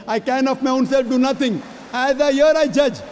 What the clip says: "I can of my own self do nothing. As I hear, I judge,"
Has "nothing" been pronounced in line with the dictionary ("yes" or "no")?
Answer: no